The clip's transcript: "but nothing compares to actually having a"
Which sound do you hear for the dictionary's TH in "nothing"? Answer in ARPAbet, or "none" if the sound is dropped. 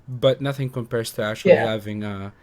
TH